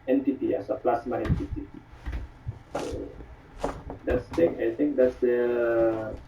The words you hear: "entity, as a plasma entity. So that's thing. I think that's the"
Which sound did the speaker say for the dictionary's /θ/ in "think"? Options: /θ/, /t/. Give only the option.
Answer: /t/